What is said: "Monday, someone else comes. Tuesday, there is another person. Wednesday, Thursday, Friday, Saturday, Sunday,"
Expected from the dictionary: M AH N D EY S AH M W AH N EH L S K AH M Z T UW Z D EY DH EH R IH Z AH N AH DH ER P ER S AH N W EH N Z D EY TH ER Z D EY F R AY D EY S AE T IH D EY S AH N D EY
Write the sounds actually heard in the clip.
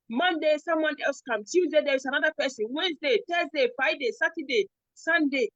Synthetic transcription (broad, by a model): M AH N D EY S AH M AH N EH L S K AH M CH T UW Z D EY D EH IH S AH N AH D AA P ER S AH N W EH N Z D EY T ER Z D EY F AY D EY S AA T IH D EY S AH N D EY